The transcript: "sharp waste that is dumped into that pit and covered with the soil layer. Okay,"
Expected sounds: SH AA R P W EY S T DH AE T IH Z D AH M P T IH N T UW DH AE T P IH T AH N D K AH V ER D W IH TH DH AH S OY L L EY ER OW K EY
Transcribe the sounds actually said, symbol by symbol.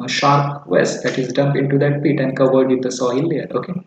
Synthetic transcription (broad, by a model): SH AA R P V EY S T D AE T IH Z D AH M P IH N T UW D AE T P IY T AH N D K AH V ER D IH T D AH S OY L L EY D OW K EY